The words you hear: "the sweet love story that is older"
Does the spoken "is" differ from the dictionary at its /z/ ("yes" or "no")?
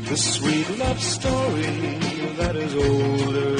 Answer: no